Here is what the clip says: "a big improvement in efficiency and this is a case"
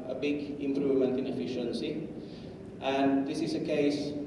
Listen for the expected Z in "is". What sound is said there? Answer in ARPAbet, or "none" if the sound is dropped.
S